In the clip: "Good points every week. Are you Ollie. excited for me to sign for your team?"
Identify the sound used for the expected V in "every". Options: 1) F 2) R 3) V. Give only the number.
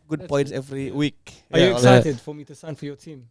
3